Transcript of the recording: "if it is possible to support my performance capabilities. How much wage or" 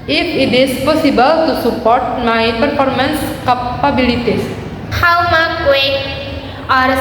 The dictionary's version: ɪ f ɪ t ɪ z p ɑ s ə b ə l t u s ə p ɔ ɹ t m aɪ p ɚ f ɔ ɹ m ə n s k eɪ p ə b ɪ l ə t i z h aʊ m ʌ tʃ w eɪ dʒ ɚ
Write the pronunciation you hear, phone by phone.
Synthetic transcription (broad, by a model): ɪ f ɪ t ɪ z p ɑ s ə b ə l t u s ə p ɔ ɹ t m aɪ p ɚ f ɔ ɹ m ə n s k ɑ p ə b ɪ l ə t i s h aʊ m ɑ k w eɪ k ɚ